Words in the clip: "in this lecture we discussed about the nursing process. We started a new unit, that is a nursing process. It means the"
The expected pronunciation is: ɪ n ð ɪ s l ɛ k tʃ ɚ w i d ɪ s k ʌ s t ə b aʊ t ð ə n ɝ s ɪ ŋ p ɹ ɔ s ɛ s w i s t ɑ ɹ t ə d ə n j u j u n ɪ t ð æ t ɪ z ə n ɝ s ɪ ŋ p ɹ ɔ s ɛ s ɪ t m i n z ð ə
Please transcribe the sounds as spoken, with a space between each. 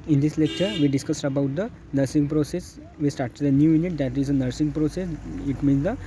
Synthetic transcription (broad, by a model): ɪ n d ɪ s l ɛ k tʃ ɚ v i d ɪ s k ʌ s t ə b aʊ t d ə n ɝ s ɪ ŋ p ɹ ɔ s ɛ s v i s t ɑ ɹ t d ə n j u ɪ n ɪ t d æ t ɪ z ə n ɝ s ɪ ŋ p ɹ ɔ s ɛ s ɪ t m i n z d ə